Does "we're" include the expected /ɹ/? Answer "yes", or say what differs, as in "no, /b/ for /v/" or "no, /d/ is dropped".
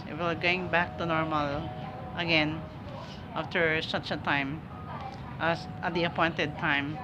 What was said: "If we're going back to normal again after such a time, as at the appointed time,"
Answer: no, /l/ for /ɹ/